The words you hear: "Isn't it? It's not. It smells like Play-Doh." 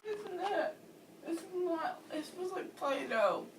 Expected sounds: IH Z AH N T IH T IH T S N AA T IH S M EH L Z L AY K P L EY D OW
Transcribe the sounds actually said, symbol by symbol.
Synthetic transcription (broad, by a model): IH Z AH N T IH T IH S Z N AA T IH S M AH Z L AY K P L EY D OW